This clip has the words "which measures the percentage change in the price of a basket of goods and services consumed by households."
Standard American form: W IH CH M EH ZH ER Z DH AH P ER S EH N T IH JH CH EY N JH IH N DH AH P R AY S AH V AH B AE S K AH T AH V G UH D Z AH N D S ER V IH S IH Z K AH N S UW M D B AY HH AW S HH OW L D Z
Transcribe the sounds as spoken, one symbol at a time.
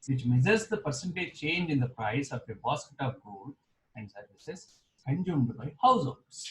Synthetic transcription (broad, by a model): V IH CH M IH Z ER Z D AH P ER S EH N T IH CH EY N JH IH N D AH P R AY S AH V AH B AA S K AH T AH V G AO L AH N D S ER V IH S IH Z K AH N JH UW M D B AY HH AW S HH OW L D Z